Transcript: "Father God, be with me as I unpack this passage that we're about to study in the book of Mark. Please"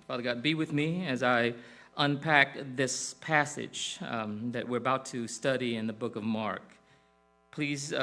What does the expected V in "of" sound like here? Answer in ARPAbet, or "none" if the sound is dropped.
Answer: V